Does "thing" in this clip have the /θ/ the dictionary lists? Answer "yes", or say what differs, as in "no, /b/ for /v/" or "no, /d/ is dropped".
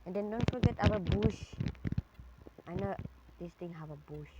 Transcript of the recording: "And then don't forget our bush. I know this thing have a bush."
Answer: no, /t/ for /θ/